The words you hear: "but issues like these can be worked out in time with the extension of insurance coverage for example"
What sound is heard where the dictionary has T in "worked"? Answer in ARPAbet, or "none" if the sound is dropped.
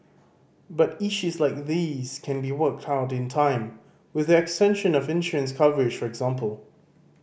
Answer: T